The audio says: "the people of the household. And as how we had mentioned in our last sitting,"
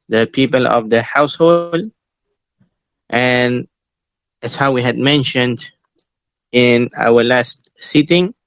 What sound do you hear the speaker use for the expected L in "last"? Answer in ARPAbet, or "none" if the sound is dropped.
L